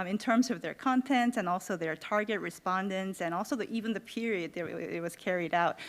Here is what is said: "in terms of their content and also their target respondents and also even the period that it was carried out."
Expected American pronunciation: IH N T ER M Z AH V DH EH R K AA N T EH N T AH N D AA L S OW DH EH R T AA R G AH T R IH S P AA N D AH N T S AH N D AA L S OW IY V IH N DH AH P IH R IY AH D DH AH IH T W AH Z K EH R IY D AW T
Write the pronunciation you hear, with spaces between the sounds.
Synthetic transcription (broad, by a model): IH N T ER M Z AH V DH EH R K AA N T EH N T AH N AA L S OW DH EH R T AA R G AH T R IH S P AA N D AH N T S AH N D AA L S OW IY V IH N DH AH P IH R IY AH D DH AH IH T W AH Z K EH R IY D AW T